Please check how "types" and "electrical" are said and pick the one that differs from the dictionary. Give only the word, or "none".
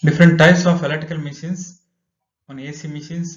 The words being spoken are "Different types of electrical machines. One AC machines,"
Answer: electrical